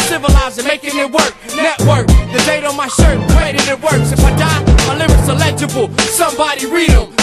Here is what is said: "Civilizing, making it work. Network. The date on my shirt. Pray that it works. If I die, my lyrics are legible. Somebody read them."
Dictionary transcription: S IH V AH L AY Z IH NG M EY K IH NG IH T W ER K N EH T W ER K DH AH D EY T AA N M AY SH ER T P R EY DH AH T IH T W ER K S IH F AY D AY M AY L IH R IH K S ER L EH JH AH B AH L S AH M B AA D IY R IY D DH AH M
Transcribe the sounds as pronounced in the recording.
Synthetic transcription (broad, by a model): S IH V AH L AY Z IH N M EY K IH NG IH T W ER K N EH T W ER K DH AH D EY T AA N M AY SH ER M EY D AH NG IH T W ER K S IH F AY D AY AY L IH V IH S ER L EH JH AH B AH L S AH M B AA D IY R IY D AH